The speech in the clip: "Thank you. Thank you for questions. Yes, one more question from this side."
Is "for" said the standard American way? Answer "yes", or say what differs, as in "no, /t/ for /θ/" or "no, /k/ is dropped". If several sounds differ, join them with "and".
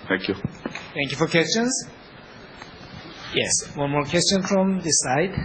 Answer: yes